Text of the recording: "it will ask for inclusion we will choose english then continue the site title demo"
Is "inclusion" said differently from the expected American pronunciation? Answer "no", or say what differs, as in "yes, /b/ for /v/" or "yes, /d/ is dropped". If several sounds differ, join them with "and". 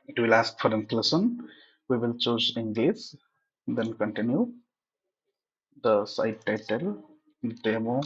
yes, /s/ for /ʒ/